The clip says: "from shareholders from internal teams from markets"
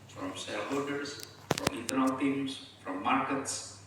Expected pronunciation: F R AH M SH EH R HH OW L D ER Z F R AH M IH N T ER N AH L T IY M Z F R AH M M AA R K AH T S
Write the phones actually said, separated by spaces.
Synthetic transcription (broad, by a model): F R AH M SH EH L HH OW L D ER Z F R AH M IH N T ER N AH L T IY M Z F R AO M M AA R K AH T S